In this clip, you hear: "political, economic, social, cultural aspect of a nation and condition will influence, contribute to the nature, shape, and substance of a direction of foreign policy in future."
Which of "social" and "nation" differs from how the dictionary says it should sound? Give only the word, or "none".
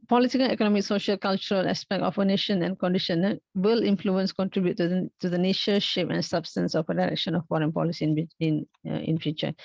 none